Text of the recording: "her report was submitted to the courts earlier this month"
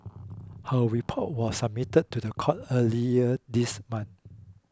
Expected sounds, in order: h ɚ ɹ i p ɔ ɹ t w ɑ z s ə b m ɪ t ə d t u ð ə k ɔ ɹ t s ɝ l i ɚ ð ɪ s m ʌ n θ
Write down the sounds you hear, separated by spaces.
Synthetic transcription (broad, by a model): h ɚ ɹ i p ɔ t w ɑ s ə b m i t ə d t u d ə k ɔ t ɝ l i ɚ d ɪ s m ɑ n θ